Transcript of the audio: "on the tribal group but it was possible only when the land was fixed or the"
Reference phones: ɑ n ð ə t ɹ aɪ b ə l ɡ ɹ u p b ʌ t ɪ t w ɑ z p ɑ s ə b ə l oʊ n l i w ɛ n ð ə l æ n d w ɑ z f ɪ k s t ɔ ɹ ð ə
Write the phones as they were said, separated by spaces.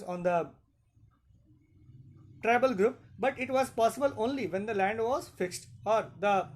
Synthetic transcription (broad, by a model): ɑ n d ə t ɹ aɪ b ə l ɡ ɹ u p b ʌ t ɪ t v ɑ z p ɑ s ə b ə l oʊ n l i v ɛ n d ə l æ n d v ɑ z f ɪ k s t ɔ ɹ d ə